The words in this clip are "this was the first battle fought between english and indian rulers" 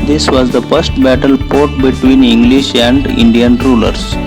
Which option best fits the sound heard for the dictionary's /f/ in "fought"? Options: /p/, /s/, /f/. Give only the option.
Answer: /p/